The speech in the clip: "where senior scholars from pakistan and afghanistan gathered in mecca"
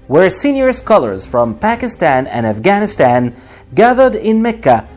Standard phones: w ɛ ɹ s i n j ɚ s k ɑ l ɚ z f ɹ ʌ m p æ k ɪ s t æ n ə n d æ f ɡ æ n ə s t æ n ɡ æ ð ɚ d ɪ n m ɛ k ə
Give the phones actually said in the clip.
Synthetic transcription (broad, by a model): w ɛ ɹ s i n j ɚ s k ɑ l ɚ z f ɹ ʌ m p æ k ɪ s t æ n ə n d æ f ɡ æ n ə s t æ n ɡ æ ð ɚ d ɪ n m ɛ k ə